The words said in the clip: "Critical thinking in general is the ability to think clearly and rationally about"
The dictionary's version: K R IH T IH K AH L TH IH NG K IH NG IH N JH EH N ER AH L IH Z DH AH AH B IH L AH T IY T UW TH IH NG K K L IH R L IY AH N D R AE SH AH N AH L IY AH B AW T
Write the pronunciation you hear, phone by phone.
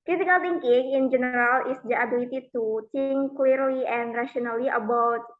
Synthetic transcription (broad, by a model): K R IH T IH K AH L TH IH NG K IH NG IH N JH EH N ER AH L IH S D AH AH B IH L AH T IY T UW T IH NG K K L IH R L IY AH N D R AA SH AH N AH L IY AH B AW T